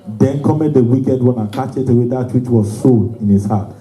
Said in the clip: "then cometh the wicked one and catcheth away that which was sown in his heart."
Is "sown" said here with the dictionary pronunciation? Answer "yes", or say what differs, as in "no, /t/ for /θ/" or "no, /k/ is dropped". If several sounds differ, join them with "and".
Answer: no, /n/ is dropped